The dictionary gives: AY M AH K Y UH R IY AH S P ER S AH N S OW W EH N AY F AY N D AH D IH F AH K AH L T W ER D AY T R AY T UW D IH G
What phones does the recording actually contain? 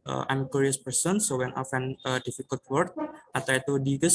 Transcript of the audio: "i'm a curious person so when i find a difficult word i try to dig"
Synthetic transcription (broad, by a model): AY M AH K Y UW R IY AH S P ER S AH N S OW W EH N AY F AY N AH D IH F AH K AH L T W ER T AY T R AY T UW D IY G